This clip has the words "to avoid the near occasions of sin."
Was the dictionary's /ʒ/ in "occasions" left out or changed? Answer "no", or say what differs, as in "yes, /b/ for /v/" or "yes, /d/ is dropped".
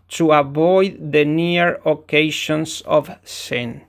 yes, /ʃ/ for /ʒ/